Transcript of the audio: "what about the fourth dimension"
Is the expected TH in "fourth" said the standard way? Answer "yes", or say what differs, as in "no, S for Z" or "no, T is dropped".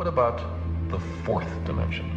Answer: yes